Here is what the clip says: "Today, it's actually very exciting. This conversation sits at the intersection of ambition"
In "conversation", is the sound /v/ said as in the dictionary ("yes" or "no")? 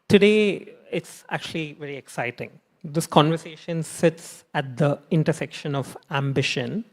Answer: yes